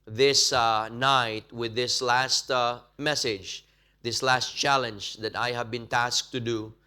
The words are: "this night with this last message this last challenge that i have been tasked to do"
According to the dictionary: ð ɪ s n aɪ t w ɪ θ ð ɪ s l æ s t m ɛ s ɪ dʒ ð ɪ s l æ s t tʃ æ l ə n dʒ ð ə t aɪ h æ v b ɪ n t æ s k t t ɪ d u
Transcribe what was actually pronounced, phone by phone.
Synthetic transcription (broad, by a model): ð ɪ s n aɪ t w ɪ ð ɪ s l æ s t m ɛ s ɪ dʒ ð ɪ s l æ s t tʃ æ l ə n dʒ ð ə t aɪ h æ v b ɪ n t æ s k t t ɪ d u